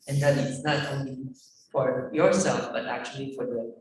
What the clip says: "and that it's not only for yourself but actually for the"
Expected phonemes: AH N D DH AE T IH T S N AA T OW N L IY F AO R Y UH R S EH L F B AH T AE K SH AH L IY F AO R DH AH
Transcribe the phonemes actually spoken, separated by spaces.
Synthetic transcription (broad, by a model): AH N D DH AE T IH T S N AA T OW N L IY F AO R Y UH R S EH L F B AH T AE K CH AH L IY F AO R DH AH